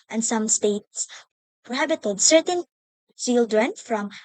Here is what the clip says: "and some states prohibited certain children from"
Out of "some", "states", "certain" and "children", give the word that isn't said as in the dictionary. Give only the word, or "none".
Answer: children